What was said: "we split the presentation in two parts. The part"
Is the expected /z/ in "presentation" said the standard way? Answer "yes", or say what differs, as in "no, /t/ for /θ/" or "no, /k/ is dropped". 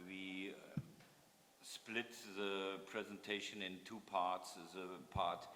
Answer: yes